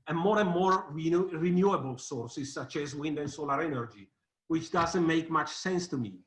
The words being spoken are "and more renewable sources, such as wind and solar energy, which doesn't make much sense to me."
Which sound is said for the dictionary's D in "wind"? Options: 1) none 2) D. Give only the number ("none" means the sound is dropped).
2